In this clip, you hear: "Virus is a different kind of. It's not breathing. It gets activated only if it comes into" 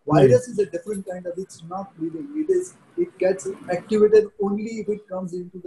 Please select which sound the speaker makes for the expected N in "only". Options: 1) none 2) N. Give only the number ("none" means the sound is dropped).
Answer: 2